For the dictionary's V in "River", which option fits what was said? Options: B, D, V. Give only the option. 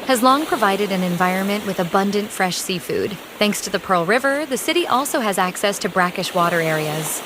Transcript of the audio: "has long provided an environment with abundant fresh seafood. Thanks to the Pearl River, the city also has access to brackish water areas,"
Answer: V